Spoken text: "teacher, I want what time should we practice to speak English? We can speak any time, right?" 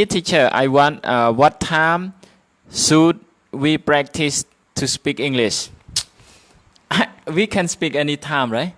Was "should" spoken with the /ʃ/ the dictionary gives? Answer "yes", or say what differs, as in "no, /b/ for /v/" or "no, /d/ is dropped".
no, /s/ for /ʃ/